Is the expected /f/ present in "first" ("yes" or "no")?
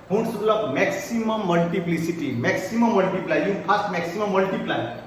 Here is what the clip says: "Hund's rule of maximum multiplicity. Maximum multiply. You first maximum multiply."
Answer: no